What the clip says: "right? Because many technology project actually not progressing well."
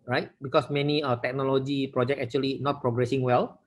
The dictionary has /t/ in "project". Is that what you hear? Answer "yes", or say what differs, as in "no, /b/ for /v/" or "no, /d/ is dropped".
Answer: no, /t/ is dropped